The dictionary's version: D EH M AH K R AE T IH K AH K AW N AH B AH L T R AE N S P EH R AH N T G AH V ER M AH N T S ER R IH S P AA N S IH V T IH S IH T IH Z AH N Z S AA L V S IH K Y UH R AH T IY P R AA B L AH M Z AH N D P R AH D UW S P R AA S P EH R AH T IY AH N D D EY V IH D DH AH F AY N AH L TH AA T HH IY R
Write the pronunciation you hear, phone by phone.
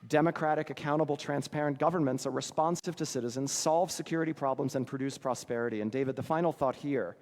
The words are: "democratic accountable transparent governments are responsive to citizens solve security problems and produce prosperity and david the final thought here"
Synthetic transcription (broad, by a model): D EH M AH K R AE T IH K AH K AW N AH B L T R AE N S P EH R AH N G AH V ER M AH N T S ER R IH S P AA N S IH V T IH S IH T IH Z AH N Z S AA L V S IH K Y UH R AH T IY P R AA B L AH M Z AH N P R AH D UW S P R AA S P EH R AH T IY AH N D D EY V IH D DH AH F AY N L TH AA T HH IY R